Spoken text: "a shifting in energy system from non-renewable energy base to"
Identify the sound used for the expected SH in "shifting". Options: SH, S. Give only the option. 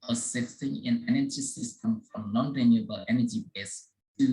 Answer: S